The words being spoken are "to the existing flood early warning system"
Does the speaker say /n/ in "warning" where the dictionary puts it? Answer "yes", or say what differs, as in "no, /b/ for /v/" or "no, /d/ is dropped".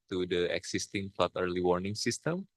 yes